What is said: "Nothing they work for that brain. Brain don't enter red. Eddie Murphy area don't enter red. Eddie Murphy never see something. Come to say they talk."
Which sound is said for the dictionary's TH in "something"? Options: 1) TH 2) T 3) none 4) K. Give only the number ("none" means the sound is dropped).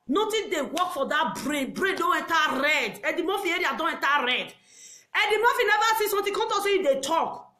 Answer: 2